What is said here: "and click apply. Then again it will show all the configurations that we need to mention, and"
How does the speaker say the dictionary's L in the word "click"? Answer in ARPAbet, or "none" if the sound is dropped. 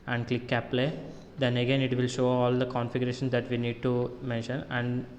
L